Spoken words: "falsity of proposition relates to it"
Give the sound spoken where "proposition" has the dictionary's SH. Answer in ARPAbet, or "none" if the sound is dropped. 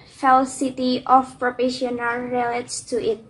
none